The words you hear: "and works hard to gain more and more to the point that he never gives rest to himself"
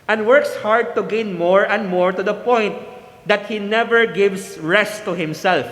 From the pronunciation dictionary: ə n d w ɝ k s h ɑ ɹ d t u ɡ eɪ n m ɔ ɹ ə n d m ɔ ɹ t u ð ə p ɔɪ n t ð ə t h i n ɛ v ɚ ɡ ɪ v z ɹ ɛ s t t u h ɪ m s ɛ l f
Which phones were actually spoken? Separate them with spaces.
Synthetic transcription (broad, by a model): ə n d w ɝ k s h ɑ ɹ d t u ɡ eɪ n m ɔ ɹ ə n d m ɔ ɹ t u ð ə p ɔɪ n t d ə t h i n ɛ v ɚ ɡ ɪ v s ɹ ɛ s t t u h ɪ m s ɛ l f